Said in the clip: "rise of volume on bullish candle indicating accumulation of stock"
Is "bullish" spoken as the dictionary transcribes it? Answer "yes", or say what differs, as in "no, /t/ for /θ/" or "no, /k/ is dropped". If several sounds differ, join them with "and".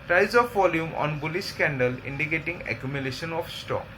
no, /s/ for /ʃ/